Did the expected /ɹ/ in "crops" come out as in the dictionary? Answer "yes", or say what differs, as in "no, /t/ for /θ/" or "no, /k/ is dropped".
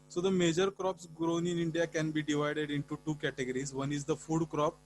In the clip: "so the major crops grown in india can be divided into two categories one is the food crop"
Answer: yes